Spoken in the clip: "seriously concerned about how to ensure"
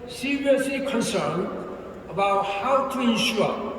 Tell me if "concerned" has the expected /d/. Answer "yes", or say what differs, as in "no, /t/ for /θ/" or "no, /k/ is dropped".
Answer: no, /d/ is dropped